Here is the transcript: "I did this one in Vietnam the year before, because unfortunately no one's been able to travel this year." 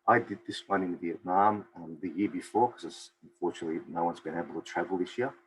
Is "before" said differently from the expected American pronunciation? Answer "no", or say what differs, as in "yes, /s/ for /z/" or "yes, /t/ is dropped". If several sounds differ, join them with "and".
no